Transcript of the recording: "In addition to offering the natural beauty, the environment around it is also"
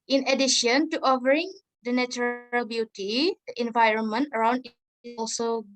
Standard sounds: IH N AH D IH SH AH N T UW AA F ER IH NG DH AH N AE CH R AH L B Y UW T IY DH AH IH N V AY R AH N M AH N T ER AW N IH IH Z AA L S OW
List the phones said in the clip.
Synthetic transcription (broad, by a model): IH N AH D IH SH AH N T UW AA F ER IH NG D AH N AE CH R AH L B Y UW T IY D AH IH N V AY R AH N M AH N T ER AW N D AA L S OW